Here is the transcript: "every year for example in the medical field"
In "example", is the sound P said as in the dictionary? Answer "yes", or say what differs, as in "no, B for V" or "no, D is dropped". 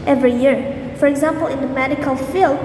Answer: yes